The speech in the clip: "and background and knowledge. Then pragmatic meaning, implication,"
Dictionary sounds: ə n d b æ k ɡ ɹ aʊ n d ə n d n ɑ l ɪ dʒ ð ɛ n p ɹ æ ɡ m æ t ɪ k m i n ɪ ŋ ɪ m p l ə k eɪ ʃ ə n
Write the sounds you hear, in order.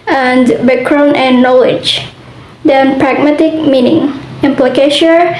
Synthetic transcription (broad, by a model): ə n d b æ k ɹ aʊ n ə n n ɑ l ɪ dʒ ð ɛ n p ɹ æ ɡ m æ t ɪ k m i n ɪ ŋ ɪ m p l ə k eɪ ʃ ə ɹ